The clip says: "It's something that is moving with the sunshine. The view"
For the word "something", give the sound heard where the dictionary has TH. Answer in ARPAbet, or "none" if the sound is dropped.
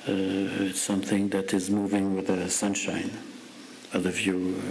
TH